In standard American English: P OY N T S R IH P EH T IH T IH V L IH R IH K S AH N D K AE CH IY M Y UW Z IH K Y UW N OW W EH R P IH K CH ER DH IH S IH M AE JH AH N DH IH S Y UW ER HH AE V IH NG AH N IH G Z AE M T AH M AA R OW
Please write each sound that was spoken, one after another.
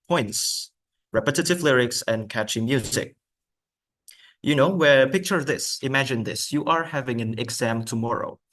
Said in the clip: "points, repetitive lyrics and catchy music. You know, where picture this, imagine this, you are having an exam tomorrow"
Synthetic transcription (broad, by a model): P OY N T S R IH P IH T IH T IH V L IH R IH K S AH N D K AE CH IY M Y UW Z IH K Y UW N OW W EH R P IH K CH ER DH IH S IH M AE JH AH N DH IH S Y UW ER HH AE V IH NG AH N IH G Z AE M T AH M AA R OW